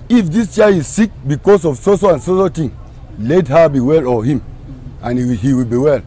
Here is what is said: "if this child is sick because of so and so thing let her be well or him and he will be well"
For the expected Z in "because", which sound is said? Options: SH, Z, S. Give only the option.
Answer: S